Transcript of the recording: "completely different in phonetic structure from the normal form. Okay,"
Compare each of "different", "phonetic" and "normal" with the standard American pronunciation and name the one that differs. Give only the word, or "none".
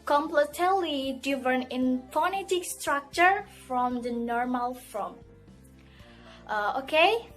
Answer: different